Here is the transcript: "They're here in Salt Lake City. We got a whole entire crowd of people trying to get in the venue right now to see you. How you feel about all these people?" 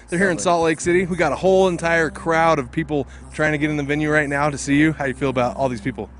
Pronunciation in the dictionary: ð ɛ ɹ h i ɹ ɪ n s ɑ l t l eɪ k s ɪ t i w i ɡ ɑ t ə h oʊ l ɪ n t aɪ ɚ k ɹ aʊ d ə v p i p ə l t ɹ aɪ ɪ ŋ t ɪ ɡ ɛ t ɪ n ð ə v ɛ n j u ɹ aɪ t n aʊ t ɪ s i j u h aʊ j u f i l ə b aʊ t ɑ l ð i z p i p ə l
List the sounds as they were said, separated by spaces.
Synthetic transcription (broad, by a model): ð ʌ ɹ h i ɹ ɪ n s ɑ t l eɪ k s ɪ t i w i ɡ ɑ t ə h oʊ l ɪ n t aɪ ɚ k ɹ aʊ d ə v p i p l t ɹ aɪ ɪ ŋ t ɪ ɡ ɛ t ɪ n ð ə v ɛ n j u ɹ aɪ t n aʊ t ɪ s i j u h aʊ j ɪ f i l ə b aʊ t ɑ l ð i z p i p l